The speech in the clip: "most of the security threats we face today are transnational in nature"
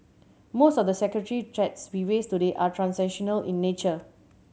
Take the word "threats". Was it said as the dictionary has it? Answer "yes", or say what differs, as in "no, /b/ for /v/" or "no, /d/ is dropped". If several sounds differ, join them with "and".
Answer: no, /t/ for /θ/